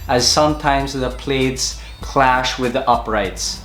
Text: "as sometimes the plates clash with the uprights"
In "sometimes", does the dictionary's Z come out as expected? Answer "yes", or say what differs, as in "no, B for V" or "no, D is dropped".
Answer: yes